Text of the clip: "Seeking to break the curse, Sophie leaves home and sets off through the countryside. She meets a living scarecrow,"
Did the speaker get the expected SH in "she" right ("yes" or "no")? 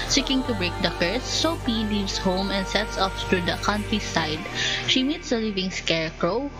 yes